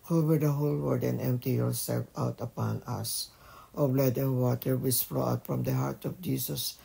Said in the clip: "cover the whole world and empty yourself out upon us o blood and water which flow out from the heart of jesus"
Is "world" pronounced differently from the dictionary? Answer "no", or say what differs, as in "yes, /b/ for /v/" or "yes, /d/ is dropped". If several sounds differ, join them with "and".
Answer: yes, /l/ is dropped